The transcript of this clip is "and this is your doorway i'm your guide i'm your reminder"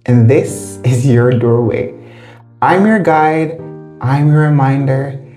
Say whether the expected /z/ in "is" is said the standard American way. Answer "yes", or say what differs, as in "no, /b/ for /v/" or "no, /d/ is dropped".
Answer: yes